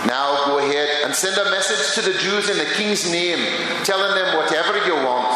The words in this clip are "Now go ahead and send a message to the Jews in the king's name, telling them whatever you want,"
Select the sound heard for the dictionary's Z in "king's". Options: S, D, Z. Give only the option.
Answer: Z